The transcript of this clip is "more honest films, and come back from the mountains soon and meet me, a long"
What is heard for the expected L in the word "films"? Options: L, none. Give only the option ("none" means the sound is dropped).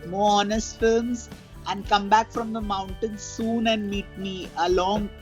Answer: none